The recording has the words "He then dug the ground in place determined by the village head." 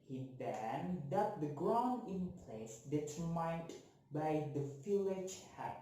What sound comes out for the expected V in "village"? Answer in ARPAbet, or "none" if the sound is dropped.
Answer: F